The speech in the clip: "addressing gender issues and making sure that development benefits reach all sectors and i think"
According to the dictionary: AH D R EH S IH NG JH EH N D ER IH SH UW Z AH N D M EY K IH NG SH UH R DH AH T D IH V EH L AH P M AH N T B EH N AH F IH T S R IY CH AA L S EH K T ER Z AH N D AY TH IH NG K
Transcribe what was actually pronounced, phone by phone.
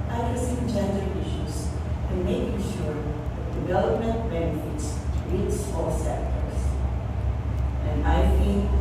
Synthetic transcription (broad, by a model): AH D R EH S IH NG JH EH N D ER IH SH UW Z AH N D M EY K IH NG SH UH R DH AH T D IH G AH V AH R M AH N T B EH N AH F IH T S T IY S AA L S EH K T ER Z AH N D AY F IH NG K